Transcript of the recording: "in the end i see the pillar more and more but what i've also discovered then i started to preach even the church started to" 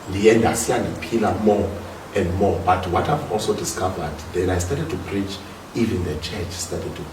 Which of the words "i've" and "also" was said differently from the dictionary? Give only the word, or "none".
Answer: none